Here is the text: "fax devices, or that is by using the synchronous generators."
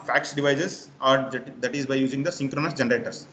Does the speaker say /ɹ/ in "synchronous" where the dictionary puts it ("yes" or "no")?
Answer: yes